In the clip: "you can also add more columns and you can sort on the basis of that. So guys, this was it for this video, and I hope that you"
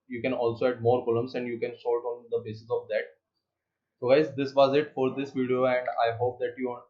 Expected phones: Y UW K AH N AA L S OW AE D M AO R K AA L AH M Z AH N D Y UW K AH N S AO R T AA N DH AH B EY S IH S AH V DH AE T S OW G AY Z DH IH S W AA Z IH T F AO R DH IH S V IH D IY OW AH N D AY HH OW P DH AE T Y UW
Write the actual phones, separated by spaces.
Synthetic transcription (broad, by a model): Y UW K AH N AA L S OW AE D M AO R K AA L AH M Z AH N D Y UW K AH N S AO L T AA N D AH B EY S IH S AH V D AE T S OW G AY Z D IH S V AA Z IH T F AO R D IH S V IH D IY OW AH N D AY HH OW P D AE T Y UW